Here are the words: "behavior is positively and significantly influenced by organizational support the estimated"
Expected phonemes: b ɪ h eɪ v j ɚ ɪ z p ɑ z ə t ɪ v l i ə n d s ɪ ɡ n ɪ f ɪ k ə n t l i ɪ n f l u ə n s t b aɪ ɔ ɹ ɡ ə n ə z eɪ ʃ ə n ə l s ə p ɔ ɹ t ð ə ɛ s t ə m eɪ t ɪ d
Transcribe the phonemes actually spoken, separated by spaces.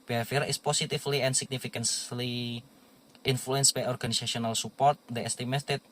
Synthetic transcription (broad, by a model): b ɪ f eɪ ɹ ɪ s p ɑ s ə t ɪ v l i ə n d s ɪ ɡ n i f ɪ k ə n s l i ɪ n f l u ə n s b aɪ ɔ ɹ ɡ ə n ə s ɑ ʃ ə n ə l s ə p ɔ ɹ t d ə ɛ s t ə m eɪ t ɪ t